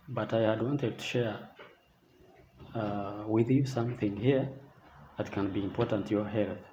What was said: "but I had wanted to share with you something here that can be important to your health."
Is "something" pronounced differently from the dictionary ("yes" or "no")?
no